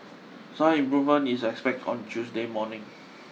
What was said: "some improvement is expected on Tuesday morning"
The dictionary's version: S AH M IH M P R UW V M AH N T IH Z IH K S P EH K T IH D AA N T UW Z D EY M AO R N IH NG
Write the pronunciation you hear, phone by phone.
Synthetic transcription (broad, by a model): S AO IH M P R UW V M AH N IH S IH K S P EH K T AA N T UW S D EY M AO N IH NG